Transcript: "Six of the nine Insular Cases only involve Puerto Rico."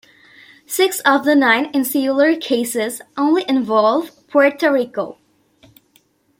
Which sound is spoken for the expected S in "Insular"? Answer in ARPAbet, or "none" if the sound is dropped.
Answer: S